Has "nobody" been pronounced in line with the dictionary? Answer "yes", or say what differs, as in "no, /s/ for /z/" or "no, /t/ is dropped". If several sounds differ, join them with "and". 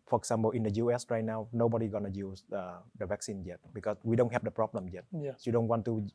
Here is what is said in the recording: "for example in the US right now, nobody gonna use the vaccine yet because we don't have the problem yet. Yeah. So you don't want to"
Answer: yes